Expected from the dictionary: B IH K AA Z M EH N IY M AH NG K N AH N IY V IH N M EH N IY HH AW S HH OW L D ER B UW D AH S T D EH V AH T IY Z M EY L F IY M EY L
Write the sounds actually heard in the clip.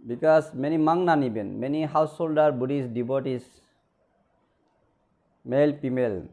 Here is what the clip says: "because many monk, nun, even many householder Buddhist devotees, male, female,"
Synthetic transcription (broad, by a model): B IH K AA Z M EH N IY M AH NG N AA N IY B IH N M EH N IY HH AW S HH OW L D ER B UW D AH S D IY B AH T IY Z M EY L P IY M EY L